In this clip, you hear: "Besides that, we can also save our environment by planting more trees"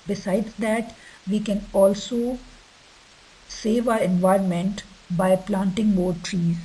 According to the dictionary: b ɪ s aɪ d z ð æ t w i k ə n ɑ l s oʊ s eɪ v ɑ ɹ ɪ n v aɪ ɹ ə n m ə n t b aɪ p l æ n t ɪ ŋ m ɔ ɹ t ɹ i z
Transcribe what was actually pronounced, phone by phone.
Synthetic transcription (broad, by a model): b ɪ s aɪ d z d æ t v i k ə n ɑ l s oʊ s eɪ v ɑ ɹ ɪ n v aɪ ɹ ə n m ə n t b aɪ p l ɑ n t ɪ ŋ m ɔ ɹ t ɹ i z